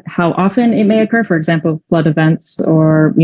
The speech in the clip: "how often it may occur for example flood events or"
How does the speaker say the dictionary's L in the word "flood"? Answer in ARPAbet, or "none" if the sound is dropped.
L